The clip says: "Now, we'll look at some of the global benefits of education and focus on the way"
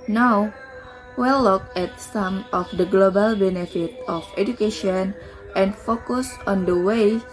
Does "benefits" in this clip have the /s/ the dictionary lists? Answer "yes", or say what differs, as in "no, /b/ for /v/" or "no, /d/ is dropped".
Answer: no, /s/ is dropped